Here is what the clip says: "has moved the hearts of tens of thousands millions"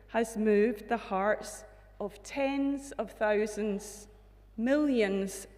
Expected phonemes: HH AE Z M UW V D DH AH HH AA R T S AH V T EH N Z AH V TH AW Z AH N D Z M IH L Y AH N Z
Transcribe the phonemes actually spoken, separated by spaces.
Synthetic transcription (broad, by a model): HH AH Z M UW V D DH AH HH AA R T S AH V T EH N Z AH V TH AW Z AH N D Z M IH L Y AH N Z